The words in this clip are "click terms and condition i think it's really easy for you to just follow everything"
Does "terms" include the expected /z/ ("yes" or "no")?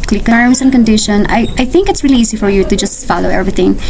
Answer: no